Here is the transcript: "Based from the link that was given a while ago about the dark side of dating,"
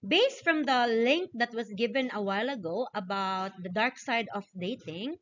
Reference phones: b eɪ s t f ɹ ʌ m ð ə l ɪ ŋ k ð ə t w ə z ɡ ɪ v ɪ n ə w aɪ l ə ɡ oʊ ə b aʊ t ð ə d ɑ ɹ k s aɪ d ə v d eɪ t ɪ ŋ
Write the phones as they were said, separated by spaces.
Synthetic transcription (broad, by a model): b eɪ s t f ɹ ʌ m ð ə l ɪ ŋ k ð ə t w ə s ɡ ɪ v ɪ n ə w aɪ l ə ɡ oʊ ə b aʊ t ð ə d ɑ ɹ k s aɪ d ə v d eɪ t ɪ ŋ